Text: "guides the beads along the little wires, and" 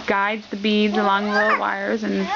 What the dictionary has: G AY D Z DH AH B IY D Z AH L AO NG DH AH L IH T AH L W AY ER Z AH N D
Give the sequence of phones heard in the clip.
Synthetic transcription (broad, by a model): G AY D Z DH AH B IY D Z AH L AO NG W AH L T W AY ER Z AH N